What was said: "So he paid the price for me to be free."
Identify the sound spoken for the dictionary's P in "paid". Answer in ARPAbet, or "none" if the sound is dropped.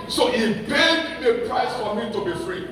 B